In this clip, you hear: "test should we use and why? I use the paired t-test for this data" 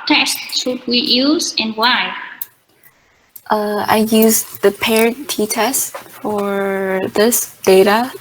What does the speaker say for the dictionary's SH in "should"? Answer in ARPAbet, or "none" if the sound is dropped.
S